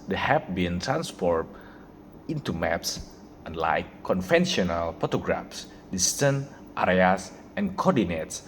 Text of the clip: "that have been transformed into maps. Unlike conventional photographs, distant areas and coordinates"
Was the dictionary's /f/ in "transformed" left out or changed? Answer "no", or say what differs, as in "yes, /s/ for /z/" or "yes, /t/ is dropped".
yes, /p/ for /f/